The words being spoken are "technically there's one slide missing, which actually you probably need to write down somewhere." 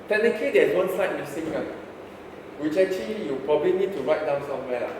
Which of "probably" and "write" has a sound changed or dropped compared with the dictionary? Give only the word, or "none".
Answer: none